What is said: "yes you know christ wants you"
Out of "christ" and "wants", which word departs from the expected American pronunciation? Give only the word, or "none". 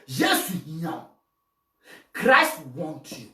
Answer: wants